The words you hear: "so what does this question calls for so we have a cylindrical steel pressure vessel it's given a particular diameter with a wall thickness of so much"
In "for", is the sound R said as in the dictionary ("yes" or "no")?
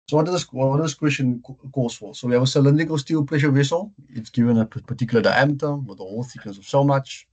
no